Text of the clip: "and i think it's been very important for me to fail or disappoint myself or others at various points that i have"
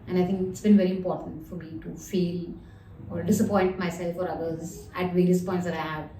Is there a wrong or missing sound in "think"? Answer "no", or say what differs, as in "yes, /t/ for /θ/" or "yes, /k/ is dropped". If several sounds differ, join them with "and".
yes, /t/ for /θ/